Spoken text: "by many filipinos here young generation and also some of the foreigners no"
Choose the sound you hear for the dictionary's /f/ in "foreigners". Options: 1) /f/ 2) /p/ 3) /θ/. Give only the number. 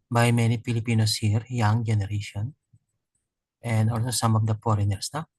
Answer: 2